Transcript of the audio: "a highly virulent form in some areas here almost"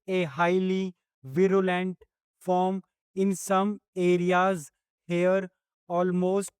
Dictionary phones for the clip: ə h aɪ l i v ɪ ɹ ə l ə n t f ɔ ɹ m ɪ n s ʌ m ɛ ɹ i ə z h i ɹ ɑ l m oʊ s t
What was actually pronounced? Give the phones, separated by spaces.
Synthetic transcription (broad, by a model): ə h aɪ l i v ɪ ɹ ə l ə n t f ɔ ɹ m ɪ n s ʌ m ɛ ɹ i ə z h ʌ ɹ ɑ l m oʊ s t